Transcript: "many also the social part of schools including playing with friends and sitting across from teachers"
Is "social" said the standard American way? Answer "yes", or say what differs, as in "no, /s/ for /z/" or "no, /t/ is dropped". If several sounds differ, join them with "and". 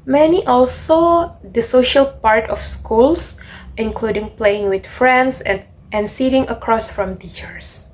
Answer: yes